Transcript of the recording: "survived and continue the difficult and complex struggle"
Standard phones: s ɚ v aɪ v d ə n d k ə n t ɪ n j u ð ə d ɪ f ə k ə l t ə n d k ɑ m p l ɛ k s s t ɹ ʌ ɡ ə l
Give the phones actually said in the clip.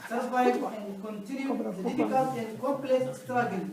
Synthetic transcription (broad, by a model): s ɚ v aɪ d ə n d k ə n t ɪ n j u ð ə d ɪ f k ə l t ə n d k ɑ p l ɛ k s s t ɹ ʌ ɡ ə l